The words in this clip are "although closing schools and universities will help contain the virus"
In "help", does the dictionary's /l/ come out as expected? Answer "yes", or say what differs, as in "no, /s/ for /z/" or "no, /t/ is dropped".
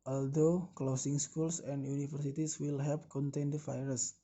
no, /l/ is dropped